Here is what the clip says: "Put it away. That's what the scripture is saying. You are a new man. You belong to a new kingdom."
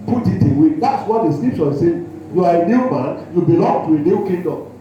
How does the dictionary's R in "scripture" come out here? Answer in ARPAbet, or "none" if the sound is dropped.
L